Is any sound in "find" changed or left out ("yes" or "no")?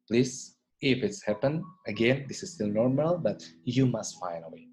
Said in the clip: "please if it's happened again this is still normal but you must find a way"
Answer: yes